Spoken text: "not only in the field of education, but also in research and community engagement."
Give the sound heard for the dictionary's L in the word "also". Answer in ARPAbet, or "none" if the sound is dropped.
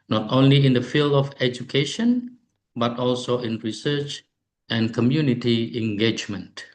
L